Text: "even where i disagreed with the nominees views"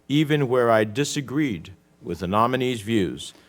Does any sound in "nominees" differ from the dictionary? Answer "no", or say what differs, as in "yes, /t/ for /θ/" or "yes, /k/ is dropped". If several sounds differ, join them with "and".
no